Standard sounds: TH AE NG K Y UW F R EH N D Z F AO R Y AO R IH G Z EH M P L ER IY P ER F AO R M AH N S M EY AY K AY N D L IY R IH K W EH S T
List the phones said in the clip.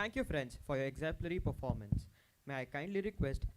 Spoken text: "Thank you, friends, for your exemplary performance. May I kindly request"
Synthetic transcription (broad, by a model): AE NG K Y UW F R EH N D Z F AO R Y AO R IH G Z EH M P L ER IY P ER F AO R M AH N S M EY AY K AY N D L IY R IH K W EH S T